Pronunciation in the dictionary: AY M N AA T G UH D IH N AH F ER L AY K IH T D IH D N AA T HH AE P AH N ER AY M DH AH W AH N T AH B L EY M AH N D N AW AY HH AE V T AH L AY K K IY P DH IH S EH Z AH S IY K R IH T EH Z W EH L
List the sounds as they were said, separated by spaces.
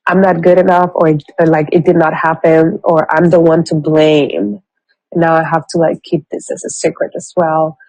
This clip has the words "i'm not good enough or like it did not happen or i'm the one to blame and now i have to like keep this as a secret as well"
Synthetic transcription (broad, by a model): AY M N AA T G UH D IH N AH F ER L AY K IH T D IH D N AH T HH AE P AH N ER AY M DH AH W AH N T AH B L EY AH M N AW AY HH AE F T AH L AY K K IY P DH IH S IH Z AH S IY K R IH T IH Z W EH L